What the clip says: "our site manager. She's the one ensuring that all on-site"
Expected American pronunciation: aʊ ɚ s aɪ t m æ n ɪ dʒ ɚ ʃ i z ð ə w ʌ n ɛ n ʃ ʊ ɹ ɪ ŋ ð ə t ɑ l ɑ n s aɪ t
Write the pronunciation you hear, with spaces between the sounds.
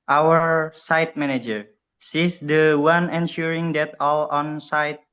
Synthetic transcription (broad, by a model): aʊ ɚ s aɪ t m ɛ n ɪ dʒ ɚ s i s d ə w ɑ n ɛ n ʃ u ɹ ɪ ŋ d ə t ɑ l ɑ n s aɪ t